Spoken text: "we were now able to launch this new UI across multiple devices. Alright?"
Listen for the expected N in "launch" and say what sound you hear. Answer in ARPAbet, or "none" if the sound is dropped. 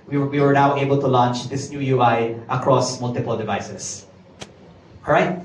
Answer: N